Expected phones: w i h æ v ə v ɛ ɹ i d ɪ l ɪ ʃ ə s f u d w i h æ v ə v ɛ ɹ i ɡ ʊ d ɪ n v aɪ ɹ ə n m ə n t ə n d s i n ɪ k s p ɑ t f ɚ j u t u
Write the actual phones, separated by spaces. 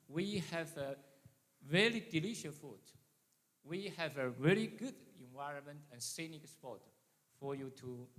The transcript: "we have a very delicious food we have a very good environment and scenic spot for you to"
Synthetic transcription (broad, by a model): w i h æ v ə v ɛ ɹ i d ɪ l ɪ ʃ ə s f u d w i h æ v ə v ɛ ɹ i ɡ ʊ d ɪ n v aɪ ɹ ə n m ə n t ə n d s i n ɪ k s p ɑ t f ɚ j u t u